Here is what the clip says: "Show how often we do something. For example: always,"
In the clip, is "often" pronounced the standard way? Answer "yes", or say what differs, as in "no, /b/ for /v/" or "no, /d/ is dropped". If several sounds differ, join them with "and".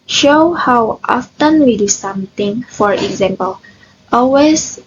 yes